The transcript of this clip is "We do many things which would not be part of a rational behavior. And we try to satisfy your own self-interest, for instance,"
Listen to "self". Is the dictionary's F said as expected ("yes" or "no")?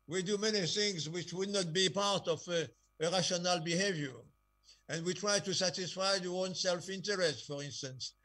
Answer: yes